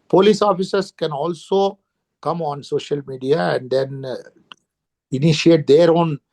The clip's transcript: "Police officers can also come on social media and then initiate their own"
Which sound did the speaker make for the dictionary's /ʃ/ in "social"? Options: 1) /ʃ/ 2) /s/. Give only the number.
1